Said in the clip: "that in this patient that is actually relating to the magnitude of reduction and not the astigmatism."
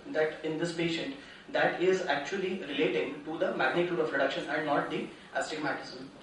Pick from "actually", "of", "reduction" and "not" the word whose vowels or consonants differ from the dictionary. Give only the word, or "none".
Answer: of